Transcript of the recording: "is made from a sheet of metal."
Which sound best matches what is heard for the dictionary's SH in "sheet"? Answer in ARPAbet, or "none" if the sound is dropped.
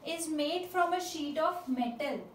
SH